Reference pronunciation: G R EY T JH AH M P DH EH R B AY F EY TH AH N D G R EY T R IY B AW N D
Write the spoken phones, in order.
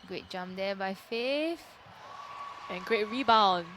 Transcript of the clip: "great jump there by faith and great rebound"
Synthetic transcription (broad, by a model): G R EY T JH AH M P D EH B AY F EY F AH N G R EY T R IY B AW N